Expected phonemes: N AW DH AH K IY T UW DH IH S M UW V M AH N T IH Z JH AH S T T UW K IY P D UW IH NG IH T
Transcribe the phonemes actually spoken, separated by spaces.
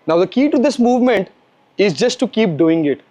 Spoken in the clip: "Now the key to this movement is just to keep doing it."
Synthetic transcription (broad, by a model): N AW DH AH K IY T UW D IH S M UW V M AH N T IH Z JH AH S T T UW K IY P D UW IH NG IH T